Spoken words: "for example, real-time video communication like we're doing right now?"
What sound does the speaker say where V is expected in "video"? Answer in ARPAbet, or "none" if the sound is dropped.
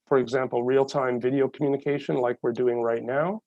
V